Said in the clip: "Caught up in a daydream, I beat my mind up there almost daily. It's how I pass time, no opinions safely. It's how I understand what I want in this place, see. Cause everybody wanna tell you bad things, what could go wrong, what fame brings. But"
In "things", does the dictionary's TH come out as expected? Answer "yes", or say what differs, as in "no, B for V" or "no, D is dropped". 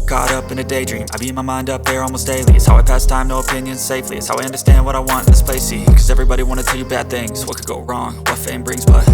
yes